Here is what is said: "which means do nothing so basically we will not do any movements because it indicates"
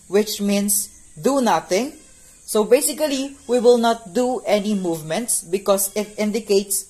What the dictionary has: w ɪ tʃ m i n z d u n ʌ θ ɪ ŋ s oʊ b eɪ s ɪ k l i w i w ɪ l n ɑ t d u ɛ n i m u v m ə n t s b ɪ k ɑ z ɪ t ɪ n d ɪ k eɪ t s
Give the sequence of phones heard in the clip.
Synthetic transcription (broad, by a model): w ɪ tʃ m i n s d u n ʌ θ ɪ ŋ s oʊ b eɪ s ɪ k l i w i w ɪ l n ɑ t d u ɛ n i m u v m ə n t s b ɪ k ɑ s ɪ t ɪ n d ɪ k eɪ t s